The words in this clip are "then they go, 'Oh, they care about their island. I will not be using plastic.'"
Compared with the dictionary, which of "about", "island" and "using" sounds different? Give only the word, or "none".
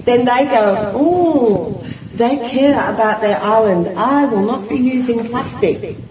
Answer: none